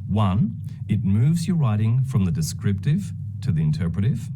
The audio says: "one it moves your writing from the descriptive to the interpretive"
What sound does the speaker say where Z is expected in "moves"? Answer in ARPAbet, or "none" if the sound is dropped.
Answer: Z